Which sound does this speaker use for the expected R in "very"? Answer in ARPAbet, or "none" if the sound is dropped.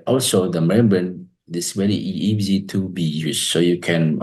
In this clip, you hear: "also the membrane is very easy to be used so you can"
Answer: L